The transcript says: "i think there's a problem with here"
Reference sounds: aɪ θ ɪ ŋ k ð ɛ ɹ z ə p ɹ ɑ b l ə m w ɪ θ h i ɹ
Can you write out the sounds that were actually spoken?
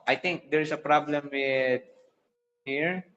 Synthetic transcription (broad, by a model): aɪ t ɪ ŋ k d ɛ ɹ s ə p ɹ ɑ b l ə m w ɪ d h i ɹ